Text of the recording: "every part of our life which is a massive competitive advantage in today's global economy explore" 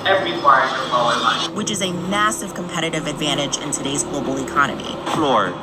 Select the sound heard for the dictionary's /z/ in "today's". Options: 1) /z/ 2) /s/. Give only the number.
1